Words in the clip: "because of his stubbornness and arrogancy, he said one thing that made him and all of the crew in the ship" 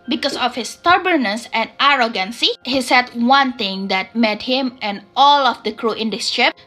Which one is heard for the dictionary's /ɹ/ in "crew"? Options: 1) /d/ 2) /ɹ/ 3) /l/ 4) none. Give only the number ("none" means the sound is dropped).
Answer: 2